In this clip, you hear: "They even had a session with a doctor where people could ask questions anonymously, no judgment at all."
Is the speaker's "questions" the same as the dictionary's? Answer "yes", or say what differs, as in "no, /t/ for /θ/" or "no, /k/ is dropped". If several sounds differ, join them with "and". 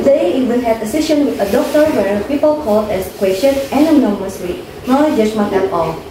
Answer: no, /z/ is dropped